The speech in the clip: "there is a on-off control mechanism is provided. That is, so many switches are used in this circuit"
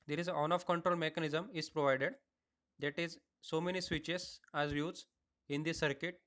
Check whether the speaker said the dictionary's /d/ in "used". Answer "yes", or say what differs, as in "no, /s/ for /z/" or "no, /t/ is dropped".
no, /d/ is dropped